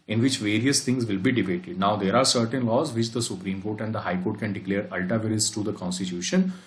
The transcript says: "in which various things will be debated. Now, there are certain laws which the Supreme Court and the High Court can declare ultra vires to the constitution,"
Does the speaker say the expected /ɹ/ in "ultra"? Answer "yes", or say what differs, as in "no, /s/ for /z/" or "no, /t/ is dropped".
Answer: no, /ɹ/ is dropped